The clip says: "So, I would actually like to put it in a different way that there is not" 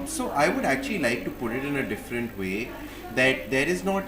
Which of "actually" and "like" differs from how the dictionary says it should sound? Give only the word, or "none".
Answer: none